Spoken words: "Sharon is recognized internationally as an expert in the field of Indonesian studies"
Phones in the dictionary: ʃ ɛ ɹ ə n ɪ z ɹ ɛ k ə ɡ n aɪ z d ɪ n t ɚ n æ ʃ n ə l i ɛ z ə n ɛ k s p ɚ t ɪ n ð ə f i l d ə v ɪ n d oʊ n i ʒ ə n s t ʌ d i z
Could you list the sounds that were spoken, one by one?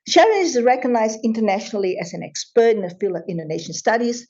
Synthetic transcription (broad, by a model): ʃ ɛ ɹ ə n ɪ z ɹ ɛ k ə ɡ n aɪ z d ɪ n t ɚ n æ ʃ n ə l i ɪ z ə n ɛ k s p ɚ t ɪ n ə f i l ə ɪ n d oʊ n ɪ ʃ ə n s t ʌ d i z